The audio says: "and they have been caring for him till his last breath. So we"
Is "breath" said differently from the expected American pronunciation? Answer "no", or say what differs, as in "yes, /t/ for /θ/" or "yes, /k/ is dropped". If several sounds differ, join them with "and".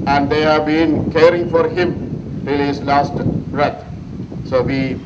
yes, /t/ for /θ/